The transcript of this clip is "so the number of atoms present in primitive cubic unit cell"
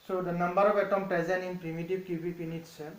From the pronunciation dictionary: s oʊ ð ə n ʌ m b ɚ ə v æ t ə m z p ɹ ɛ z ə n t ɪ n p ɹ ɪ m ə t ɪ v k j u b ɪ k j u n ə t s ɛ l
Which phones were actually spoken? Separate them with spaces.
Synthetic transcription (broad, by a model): s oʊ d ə n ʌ m b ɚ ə p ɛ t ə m p ɹ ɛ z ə n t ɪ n p ɹ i m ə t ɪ b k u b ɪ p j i n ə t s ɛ